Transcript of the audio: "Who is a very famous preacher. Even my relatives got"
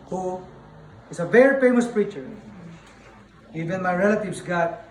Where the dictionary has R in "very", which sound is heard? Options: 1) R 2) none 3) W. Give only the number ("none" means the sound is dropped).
1